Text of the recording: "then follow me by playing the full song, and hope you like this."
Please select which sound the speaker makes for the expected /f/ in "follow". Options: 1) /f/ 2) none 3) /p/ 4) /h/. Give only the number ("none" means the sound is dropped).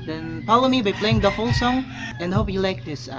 3